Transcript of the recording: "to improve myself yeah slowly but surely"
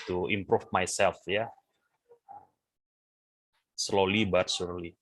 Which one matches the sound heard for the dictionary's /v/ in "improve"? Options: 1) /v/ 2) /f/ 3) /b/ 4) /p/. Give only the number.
2